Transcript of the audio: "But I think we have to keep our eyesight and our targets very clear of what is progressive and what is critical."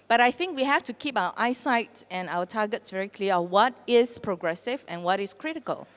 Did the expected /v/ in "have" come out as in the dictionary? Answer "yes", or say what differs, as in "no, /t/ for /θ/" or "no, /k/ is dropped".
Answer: no, /f/ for /v/